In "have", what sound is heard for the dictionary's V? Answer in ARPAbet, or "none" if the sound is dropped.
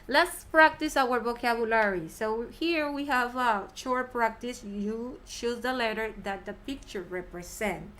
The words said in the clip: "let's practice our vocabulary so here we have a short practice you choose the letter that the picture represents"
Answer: V